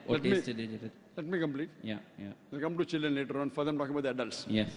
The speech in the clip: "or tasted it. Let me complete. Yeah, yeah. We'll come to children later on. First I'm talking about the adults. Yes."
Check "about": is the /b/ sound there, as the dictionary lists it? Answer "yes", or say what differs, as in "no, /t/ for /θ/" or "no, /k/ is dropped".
no, /b/ is dropped